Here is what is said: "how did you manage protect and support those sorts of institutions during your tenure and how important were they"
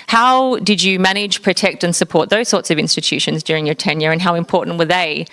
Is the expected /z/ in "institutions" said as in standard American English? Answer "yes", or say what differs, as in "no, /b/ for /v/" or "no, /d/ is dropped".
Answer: yes